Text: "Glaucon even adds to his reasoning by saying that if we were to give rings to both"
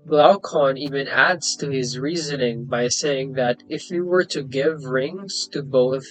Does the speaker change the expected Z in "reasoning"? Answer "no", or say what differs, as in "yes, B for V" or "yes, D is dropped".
no